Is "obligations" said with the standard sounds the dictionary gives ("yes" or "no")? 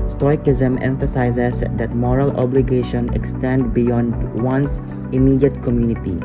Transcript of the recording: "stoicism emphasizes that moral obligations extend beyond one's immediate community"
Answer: no